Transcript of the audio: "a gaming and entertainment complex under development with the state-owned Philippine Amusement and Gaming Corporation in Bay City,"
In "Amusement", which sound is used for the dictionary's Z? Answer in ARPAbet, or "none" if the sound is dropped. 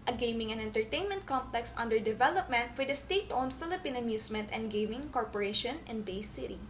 S